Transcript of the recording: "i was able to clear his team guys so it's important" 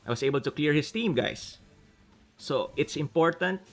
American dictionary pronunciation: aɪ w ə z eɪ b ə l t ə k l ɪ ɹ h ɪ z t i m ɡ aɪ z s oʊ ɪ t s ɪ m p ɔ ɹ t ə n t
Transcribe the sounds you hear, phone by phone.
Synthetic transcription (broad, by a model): aɪ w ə s eɪ b ə l t ə k l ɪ ɹ h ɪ s t i m ɡ aɪ s oʊ ɪ t s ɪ m p ɔ ɹ t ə n t